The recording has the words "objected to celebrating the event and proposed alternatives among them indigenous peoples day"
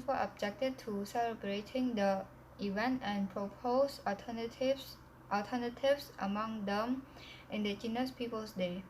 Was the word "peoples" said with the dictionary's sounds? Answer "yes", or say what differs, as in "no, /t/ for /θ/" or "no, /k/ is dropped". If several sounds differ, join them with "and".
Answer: no, /s/ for /z/